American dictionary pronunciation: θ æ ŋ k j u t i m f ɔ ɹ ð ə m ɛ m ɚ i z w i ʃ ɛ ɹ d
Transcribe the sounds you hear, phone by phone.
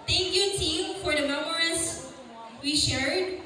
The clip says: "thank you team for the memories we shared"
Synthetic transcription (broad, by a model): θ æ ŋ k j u t i m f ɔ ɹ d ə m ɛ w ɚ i s w i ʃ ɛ ɹ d